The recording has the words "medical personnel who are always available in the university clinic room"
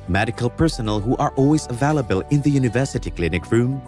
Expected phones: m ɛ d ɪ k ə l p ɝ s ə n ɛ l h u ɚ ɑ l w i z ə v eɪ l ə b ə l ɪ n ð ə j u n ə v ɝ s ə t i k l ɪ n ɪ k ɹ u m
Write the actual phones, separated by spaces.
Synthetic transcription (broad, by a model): m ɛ d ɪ k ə l p ɝ s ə n l h u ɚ ɑ l w i z ə v eɪ l ə b ə l ɪ n ð ə j u n ə v ɝ s ə t i k l ɪ n ɪ k ɹ u m